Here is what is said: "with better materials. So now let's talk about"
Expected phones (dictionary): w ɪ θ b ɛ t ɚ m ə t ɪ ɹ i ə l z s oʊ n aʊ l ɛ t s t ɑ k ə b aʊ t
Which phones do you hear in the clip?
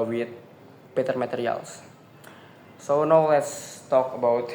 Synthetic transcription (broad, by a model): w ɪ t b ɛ t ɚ m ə t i ɹ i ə l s s oʊ n aʊ l ɛ t s t ɑ k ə b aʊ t